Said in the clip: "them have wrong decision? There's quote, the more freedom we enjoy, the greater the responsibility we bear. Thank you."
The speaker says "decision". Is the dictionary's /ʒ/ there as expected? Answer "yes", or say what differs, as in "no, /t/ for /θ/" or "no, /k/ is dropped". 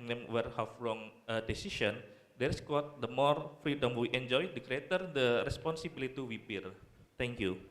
no, /s/ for /ʒ/